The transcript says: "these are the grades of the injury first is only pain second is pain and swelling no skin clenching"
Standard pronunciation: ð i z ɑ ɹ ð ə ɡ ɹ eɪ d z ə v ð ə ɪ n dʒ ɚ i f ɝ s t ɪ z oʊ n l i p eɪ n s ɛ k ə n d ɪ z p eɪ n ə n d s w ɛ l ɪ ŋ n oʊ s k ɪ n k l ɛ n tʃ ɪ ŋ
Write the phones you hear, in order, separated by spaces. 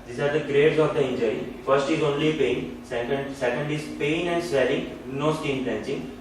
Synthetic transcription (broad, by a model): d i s ɑ ɹ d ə ɡ ɹ eɪ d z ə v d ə ɪ n dʒ ɚ i f ɝ s t ɪ z oʊ n l i p eɪ n s ɛ k ə n d ɪ z p eɪ n ə n d s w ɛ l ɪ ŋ n oʊ s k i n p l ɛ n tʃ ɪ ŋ